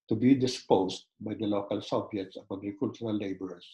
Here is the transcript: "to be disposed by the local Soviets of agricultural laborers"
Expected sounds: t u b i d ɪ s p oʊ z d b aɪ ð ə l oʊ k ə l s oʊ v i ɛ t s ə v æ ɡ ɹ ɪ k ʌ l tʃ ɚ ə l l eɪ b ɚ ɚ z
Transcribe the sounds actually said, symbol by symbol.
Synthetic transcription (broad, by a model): t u b i d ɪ s p oʊ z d b aɪ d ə l oʊ k ə l s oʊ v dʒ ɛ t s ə b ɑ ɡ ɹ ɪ k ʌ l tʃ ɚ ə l l eɪ b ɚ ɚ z